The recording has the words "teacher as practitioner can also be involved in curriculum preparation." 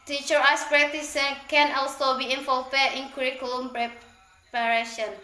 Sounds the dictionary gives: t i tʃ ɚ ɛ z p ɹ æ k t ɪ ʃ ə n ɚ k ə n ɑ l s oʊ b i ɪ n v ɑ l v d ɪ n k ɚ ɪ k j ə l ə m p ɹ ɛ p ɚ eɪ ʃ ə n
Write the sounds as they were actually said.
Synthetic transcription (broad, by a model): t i tʃ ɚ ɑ s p ɹ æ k t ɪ s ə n k ə n ɑ l s oʊ b i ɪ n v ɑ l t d ɪ n k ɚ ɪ k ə l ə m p ɹ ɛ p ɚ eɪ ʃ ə n